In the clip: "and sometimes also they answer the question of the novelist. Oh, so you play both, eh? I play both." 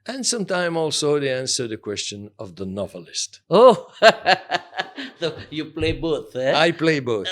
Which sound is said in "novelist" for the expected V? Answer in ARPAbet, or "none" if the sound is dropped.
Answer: V